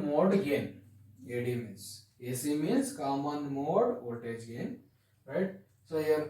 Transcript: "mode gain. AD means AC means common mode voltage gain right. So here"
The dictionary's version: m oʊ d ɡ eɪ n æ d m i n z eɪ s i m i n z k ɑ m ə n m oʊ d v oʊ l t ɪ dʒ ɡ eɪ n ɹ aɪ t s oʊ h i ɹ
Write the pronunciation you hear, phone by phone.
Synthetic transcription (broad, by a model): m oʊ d ɡ eɪ n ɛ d m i n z eɪ s i m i n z k ɑ m ə n m oʊ d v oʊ t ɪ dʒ ɡ eɪ n ɹ aɪ t s oʊ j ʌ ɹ